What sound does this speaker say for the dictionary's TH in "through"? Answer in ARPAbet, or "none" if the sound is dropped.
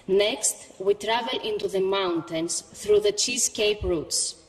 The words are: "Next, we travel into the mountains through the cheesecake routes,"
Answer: TH